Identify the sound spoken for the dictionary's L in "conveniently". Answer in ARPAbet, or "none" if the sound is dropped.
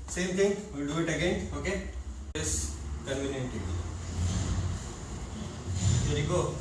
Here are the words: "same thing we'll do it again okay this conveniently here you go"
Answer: none